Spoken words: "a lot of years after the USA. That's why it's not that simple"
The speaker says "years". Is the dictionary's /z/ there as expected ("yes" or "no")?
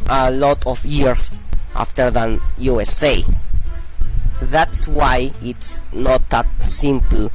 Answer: no